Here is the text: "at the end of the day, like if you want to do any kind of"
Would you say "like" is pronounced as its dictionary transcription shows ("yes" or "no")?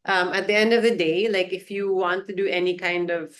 yes